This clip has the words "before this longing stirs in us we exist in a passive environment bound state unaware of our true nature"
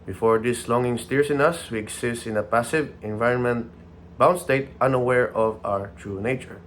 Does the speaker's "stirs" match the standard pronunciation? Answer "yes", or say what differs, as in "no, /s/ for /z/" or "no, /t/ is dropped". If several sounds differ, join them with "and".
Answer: no, /s/ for /z/